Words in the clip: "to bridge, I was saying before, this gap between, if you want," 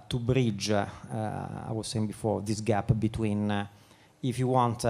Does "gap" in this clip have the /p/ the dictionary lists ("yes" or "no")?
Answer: yes